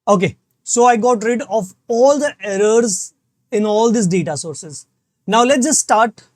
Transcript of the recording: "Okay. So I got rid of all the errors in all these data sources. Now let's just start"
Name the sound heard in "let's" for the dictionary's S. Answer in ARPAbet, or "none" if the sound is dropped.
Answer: none